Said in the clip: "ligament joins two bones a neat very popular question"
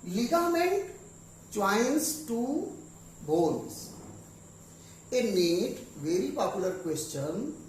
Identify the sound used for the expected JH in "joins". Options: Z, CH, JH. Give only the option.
CH